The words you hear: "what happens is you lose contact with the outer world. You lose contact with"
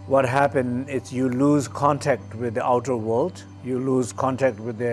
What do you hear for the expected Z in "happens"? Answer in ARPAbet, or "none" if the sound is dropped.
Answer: none